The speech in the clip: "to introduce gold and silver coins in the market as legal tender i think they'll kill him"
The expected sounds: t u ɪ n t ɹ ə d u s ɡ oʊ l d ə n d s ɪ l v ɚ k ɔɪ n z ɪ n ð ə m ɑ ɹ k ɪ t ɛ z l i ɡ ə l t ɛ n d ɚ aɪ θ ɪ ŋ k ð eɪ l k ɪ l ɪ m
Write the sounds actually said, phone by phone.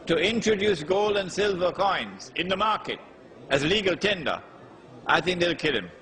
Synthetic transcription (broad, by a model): t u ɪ n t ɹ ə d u s ɡ oʊ l d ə n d s ɪ l v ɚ k ɔɪ n z ɪ n ð ə m ɑ ɹ k ɪ t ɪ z l i ɡ ə l t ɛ n d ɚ aɪ θ ɪ ŋ k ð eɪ l k ɪ l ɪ m